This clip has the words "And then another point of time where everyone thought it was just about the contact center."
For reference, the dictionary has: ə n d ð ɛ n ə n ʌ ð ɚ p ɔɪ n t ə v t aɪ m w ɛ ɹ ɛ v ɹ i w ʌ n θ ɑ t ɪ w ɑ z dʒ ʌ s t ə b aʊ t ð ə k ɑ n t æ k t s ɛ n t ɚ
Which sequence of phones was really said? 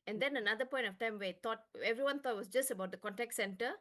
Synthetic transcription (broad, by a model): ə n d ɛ n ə n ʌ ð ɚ p ɔɪ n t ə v t aɪ m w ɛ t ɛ v ɹ i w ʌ n t ɑ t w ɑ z dʒ ʌ s t ə b aʊ t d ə k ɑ n t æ k t s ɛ n t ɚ